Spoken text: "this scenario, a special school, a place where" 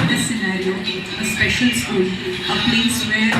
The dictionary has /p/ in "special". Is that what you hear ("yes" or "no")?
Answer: yes